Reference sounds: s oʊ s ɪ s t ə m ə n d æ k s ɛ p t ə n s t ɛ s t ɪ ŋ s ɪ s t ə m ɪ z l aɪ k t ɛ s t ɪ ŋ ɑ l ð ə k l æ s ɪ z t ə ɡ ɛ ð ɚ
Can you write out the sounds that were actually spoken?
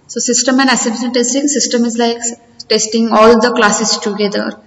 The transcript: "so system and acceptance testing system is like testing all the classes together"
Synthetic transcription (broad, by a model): s oʊ s ɪ s t ə m ə n d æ s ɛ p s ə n t ɛ s t ɪ ŋ s ɪ s t ə m ɪ z l aɪ k t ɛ s t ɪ ŋ ɑ l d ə k l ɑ s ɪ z t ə ɡ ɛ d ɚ